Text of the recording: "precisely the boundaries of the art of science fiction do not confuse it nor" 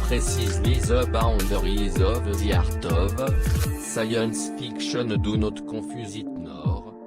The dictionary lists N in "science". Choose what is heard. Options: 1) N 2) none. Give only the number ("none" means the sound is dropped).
1